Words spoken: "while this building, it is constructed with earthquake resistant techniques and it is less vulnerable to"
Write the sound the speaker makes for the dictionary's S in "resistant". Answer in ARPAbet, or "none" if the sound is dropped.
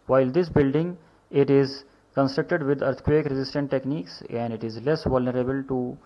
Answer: S